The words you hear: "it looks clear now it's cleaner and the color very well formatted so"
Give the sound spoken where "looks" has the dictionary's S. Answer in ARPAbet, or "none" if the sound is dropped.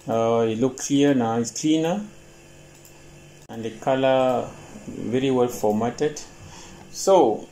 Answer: none